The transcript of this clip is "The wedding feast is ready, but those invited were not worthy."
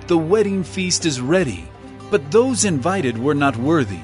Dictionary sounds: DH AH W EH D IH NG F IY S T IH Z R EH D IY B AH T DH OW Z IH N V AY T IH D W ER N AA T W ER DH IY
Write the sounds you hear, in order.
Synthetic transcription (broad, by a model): DH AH W EH D IH NG F IY S T IH Z R EH D IY B AH T DH OW Z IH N V AY T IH D W ER N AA T W ER DH IY